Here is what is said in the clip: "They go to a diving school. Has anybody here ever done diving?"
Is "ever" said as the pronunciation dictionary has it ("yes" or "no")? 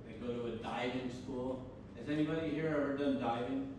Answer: no